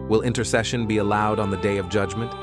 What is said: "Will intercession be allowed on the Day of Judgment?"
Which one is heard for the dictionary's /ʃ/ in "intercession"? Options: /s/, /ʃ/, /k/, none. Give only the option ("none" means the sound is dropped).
/ʃ/